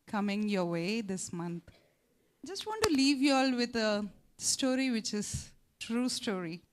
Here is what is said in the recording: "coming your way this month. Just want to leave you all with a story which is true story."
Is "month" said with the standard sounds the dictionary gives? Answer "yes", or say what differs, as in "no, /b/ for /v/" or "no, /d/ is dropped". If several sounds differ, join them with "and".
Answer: no, /t/ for /θ/